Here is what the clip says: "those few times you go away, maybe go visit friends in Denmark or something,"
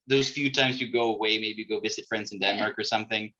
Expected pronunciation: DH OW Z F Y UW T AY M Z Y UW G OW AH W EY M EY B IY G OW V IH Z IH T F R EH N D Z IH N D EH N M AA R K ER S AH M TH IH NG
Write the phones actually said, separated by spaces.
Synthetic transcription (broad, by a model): DH OW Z F Y UW T AY M Z Y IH G OW AH W EY M EY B IY G OW V IH Z IH T F R EH N D Z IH N D EH N M AA R K ER S AH M TH IH NG